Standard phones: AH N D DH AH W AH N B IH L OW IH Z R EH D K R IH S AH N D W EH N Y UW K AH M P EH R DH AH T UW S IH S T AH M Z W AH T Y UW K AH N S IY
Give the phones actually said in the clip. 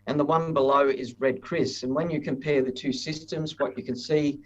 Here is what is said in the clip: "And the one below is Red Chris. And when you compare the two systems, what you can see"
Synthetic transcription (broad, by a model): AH N DH AH W AH N B IH L OW IH Z R EH D K R IH S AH N W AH N Y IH K AH M P EH R DH AH T UW S IH S T AH M Z W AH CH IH K AH N S IY